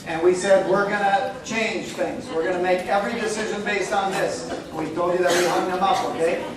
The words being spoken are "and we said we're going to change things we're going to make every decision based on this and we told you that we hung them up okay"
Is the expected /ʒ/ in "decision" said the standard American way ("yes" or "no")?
yes